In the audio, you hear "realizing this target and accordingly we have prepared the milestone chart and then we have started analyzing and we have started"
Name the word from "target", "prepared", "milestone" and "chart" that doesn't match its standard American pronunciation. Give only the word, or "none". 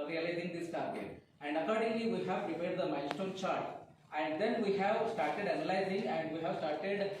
milestone